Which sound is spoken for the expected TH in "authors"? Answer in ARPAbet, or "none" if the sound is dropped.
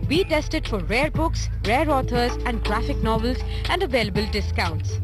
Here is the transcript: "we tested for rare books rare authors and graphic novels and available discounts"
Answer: T